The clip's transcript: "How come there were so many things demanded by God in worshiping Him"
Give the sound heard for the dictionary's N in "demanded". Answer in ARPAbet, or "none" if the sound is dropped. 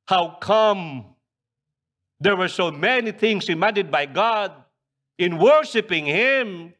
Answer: none